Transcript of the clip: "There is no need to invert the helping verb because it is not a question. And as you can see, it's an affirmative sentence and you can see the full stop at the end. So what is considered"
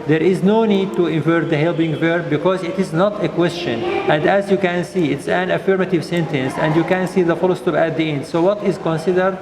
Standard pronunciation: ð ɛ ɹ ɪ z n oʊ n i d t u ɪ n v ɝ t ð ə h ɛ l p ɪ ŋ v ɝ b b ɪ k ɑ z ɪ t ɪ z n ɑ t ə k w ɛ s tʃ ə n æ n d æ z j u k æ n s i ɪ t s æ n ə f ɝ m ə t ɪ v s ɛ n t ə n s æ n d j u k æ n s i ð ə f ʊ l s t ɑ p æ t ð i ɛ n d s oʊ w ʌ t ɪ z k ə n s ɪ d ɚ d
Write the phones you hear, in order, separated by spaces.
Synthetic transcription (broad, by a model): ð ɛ ɹ ɪ z n oʊ n i d t u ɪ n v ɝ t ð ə h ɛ l b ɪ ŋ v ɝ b b ɪ k ɑ z ɪ t ɪ z n ɑ t ə k w ɛ s tʃ ə n æ n d æ z j u k æ n s i ɪ t s æ n ə f ɝ m ə t ɪ v s ɛ n t ə n s æ n d j u k æ n s i ð ə f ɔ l s t ɑ p æ t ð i ɛ n d s oʊ w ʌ t ɪ z k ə n s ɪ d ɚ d